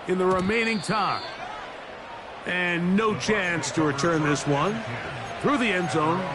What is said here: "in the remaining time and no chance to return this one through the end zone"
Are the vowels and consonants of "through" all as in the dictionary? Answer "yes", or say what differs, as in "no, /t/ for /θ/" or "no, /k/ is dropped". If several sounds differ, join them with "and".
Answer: yes